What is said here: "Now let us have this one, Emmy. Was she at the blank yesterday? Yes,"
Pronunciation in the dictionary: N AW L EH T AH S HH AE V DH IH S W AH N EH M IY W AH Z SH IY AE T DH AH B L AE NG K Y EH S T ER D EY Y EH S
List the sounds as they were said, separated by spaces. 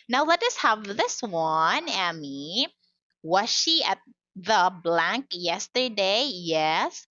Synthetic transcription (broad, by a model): N AW L EH T AH S HH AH V DH IH S W AH N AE M IY W AH Z SH IY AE T DH AH B L AE NG K Y EH S T ER D EY Y EH S